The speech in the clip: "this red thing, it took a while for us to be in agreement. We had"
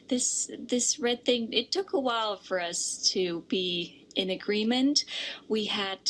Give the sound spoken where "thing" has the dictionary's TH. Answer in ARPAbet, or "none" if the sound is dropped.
TH